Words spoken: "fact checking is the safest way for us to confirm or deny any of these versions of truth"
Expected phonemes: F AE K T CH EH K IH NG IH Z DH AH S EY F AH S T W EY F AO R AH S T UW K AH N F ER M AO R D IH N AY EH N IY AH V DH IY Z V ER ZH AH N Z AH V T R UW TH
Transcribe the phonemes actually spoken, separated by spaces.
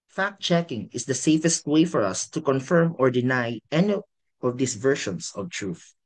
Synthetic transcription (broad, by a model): F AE K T CH EH K IH NG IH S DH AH S EY F AH S T W EY F AO R AH S T UW K AH N F ER M AO R D IH N AY EH N IY AH V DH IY S V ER SH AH N S AH V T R UW TH